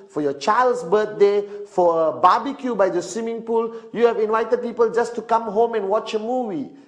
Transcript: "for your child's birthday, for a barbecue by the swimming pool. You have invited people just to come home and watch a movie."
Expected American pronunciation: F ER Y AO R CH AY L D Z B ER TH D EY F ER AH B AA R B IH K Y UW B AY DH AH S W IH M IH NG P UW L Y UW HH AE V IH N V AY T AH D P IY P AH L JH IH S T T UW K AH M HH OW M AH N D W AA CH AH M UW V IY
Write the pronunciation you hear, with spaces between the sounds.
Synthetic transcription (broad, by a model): F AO Y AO CH AY L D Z B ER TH D EY F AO AH B AA B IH K Y UW B AY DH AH S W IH M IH NG P UW L Y UW HH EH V IH N V AY T AH D P IY P AH L JH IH S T T UW K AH M HH OW M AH N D W AA CH AH M UW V IY